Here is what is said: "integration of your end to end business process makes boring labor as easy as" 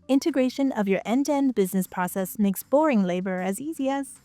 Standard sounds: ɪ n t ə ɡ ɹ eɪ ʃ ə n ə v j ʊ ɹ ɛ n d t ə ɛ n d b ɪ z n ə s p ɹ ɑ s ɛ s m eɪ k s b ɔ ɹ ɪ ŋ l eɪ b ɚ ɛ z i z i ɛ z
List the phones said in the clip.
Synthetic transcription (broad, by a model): ɪ n t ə ɡ ɹ eɪ ʃ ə n ə v j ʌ ɹ ɛ n d ɛ n d b ɪ z n ə s p ɹ ɑ s ɛ s m eɪ k s b ɔ ɹ ɪ ŋ l eɪ b ɚ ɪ z i z i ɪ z